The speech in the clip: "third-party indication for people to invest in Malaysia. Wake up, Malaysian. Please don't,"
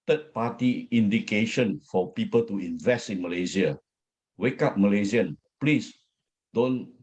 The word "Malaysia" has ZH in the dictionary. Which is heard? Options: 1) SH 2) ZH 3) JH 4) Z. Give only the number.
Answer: 4